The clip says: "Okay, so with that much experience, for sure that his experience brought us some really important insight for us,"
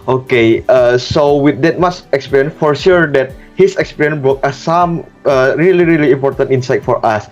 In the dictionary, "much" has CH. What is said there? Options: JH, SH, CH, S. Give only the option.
S